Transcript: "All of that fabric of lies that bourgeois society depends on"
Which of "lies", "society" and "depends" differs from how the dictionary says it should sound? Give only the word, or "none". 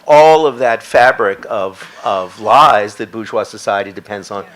none